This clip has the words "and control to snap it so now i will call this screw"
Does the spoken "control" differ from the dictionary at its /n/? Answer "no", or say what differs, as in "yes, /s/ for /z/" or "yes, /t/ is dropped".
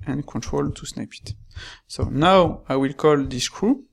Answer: no